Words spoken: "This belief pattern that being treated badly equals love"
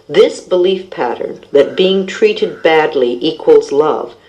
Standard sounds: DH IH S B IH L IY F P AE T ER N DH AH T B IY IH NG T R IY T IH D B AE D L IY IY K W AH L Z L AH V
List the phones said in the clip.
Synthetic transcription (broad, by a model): DH IH S B IH L IY F P AE T ER N DH AH T B IY IH NG T R IY T IH D B AE D L IY IY K W AH L Z L AH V